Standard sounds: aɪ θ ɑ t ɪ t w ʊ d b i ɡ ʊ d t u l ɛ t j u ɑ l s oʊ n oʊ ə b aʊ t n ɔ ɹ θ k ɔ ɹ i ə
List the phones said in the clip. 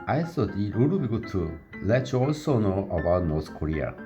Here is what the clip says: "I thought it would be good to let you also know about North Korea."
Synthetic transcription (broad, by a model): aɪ s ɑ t ɪ t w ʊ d b i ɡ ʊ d t u l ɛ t j u ɑ l s oʊ n oʊ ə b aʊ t n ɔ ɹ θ k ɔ ɹ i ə